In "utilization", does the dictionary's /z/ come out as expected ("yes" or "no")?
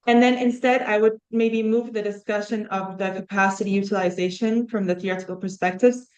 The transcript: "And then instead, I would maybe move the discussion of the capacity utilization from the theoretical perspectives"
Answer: yes